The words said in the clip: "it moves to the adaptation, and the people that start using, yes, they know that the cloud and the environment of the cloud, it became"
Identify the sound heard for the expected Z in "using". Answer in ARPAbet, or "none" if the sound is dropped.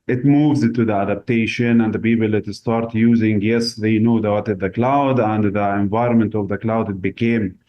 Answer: Z